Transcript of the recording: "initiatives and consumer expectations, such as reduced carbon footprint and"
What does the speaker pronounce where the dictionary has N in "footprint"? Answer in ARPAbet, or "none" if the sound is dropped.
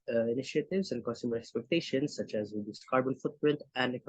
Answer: N